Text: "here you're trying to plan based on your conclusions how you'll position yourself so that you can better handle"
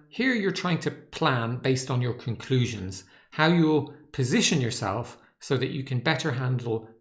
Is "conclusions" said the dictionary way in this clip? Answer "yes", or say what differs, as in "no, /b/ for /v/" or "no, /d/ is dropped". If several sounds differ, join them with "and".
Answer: yes